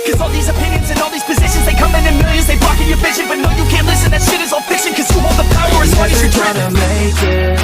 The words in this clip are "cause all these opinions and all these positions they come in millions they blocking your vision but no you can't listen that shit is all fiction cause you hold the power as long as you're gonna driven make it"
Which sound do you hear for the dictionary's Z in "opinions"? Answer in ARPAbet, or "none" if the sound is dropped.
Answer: Z